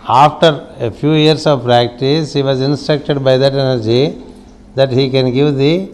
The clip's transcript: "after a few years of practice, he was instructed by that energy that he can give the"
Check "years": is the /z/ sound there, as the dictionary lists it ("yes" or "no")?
no